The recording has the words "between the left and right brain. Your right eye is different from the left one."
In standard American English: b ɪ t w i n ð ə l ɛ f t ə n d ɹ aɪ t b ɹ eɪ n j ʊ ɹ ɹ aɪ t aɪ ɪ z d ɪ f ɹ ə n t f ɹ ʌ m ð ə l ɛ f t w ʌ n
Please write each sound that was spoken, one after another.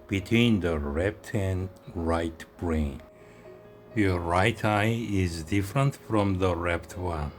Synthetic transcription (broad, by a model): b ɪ t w i n ð ə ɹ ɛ p t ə n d ɹ aɪ t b ɹ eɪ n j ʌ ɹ ɹ aɪ t aɪ ɪ z d ɪ f ɹ ə n t f ɹ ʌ m ð ə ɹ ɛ p t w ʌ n